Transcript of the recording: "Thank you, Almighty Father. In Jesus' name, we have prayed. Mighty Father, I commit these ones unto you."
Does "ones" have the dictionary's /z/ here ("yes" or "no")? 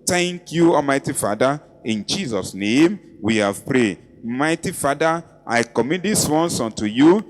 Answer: no